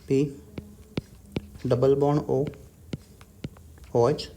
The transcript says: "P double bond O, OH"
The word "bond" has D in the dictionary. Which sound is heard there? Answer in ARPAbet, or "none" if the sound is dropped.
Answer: none